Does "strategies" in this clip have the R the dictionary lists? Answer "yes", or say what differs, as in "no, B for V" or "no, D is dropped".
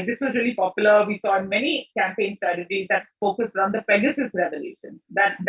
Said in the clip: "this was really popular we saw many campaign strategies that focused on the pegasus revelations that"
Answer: yes